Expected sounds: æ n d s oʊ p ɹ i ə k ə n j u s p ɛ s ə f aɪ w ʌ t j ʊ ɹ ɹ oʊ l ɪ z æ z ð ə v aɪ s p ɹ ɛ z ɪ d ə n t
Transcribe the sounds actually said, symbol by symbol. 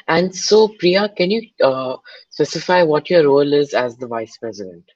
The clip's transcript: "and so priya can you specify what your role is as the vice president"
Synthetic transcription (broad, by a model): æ n d s oʊ p ɹ i ə k ə n j u s p ɛ s ə f aɪ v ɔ t j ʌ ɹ ɹ oʊ l ɪ z æ z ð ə v aɪ s p ɹ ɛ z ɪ d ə n t